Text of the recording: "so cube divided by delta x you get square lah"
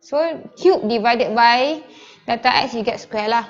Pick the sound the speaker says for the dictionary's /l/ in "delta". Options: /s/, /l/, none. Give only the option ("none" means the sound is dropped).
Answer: none